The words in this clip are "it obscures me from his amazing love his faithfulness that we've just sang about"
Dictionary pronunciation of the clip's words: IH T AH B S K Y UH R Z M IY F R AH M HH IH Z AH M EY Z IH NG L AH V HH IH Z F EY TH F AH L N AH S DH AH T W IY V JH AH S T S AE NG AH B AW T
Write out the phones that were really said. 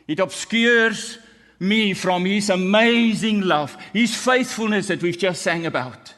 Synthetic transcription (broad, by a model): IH T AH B S K Y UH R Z M IY F R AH M HH IH Z AH M EY Z IH NG L AH V HH IH Z F EY TH F AH L N AH S DH AH T W IY V JH AH S T S AE NG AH B AW T